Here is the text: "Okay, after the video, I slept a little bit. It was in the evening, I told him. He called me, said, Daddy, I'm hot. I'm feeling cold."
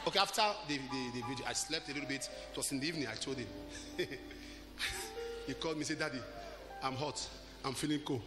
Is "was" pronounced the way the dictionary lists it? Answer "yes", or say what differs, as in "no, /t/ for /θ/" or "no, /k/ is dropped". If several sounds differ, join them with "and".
no, /s/ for /z/